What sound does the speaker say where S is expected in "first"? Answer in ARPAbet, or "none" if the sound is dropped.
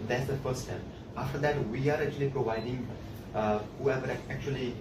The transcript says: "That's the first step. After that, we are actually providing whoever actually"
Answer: none